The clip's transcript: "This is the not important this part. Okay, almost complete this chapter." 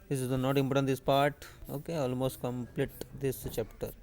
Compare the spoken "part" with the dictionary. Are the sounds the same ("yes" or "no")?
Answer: yes